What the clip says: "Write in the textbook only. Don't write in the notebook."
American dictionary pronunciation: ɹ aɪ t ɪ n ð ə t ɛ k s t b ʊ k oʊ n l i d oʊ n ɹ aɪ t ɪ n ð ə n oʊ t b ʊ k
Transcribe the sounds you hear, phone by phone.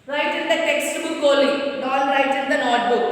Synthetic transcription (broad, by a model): ɹ aɪ t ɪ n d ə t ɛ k s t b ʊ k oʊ l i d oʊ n ɹ aɪ t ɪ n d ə n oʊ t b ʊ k